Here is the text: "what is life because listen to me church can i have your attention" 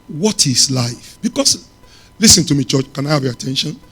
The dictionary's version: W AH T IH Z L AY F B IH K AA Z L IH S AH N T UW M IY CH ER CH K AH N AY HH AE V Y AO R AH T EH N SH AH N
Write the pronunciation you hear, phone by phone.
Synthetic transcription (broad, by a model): W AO T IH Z L AY F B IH K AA S L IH S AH N T UW M IY CH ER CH K AH N AY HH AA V Y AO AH T EH N SH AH N